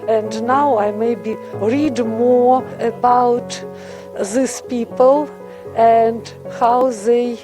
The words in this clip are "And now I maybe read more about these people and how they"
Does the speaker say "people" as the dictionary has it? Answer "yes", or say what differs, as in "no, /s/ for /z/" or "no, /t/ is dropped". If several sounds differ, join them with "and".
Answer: yes